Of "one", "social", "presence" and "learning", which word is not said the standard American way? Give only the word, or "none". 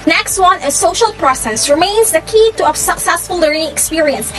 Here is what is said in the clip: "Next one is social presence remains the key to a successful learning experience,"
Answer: presence